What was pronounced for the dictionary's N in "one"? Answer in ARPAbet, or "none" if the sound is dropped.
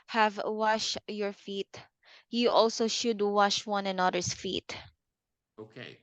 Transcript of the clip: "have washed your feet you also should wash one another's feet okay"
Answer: N